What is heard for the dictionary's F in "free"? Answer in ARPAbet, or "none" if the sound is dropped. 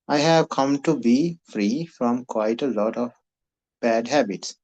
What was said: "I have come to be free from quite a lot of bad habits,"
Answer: F